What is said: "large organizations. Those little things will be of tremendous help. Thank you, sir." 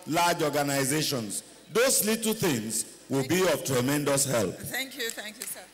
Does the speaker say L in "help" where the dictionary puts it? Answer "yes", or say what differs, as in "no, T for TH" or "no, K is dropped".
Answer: yes